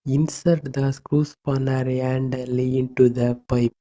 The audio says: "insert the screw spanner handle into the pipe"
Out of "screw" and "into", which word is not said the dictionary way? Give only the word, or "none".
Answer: none